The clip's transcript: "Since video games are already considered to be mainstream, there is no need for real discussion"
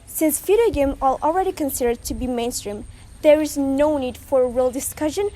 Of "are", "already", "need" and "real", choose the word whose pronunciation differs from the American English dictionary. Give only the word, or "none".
are